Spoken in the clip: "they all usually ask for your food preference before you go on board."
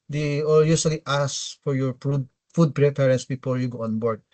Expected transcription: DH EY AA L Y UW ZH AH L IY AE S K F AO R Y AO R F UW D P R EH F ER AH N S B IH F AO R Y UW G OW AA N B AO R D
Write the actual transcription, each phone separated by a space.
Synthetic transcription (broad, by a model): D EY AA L Y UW S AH L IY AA S F AO R Y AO R F UW D P R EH P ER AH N S B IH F AO R Y UW G OW AA N B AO R D